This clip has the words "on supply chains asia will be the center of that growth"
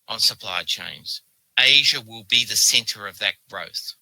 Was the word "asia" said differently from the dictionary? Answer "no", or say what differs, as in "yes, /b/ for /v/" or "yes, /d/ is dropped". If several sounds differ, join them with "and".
no